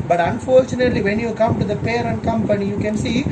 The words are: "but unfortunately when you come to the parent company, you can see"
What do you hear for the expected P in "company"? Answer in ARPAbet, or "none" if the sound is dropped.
P